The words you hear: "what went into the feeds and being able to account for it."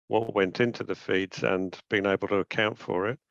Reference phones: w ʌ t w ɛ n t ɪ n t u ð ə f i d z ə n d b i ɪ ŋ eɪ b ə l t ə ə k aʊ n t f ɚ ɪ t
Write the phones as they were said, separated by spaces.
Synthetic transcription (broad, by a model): w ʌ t w ɛ n t ɪ n t u ð ə f i d z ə n b i ɪ ŋ eɪ b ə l t ə ə k aʊ n t f ɚ ɪ t